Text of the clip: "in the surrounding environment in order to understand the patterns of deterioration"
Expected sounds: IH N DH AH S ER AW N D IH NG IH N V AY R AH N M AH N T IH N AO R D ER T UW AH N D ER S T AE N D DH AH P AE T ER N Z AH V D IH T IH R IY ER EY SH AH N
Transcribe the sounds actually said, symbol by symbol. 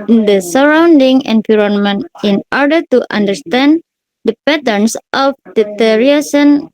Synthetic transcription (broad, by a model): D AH S ER AW N D IH NG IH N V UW R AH N M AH N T IH N AO R D ER T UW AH N D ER S T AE N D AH P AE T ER N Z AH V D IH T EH R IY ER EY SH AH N